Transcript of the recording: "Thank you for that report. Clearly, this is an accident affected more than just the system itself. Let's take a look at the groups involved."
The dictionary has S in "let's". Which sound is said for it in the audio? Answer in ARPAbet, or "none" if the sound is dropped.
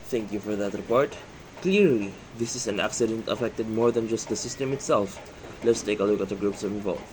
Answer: S